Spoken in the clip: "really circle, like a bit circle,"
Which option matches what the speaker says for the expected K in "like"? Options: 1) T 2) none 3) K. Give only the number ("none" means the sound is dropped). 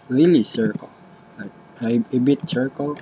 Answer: 2